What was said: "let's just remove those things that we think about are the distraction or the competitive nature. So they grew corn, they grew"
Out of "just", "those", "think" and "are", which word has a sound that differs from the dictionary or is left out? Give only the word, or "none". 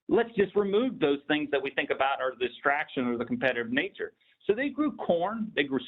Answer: none